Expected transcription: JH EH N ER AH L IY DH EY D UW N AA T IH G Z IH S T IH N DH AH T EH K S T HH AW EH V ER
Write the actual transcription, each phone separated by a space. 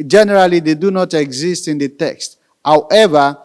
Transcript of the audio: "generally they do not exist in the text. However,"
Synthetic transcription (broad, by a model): JH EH N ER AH L IY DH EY D UW N AA T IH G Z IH S T IH N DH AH T EH K S T HH AW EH V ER